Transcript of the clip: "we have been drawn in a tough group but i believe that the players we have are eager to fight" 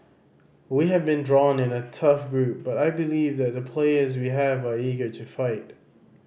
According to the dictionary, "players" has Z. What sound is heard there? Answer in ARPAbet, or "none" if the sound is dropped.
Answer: Z